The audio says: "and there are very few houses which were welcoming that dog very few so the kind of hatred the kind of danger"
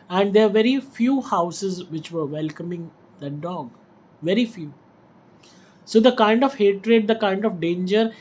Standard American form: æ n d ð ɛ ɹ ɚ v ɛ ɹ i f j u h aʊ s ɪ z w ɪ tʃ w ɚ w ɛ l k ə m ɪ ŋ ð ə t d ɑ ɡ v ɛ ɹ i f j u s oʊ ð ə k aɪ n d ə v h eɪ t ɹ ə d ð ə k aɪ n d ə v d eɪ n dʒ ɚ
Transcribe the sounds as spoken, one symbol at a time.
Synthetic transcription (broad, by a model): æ n d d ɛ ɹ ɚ v ɛ ɹ i f j u h aʊ s ɪ z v ɪ tʃ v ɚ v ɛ l k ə m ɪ ŋ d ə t d ɑ ɡ v ɛ ɹ i f j u s oʊ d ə k aɪ n d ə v h eɪ t ɹ ə d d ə k aɪ n d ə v d eɪ n dʒ ɚ